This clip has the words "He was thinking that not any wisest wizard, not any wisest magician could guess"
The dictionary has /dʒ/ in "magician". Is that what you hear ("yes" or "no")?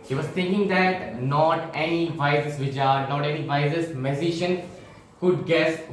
no